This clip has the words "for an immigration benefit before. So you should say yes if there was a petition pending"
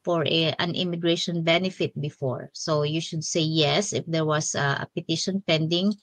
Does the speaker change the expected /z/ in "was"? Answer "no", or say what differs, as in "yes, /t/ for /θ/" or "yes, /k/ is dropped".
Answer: yes, /s/ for /z/